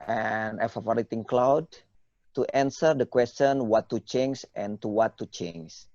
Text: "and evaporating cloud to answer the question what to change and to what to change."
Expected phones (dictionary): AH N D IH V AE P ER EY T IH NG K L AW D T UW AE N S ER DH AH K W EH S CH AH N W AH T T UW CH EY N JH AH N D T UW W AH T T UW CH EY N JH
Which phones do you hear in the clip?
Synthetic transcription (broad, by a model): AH N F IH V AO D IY T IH NG K L AW D T UW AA N S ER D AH K W EH S CH AH N W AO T T UW CH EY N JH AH N T UW W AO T T UW CH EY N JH